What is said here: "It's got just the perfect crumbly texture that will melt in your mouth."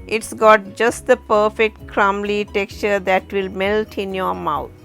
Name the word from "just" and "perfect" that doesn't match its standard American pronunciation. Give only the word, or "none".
none